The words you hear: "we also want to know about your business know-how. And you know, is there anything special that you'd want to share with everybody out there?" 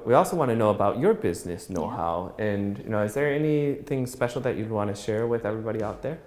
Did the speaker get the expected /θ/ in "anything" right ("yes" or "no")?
yes